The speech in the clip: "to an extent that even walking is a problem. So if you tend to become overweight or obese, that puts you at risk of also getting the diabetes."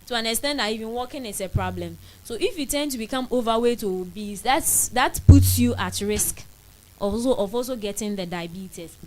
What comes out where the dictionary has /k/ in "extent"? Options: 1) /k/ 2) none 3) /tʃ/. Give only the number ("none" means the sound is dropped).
2